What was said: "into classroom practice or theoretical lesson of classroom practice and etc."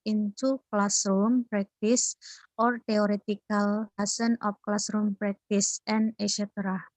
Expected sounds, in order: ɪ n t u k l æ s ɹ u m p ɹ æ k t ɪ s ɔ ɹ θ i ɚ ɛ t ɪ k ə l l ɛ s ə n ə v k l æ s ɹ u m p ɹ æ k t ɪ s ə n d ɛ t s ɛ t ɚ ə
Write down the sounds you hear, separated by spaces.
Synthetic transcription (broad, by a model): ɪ n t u k l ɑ s ɹ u m p ɹ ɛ k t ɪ s ɔ ɹ t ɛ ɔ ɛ t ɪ k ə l l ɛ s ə n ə f k l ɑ s ɹ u m p ɹ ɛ k t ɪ s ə n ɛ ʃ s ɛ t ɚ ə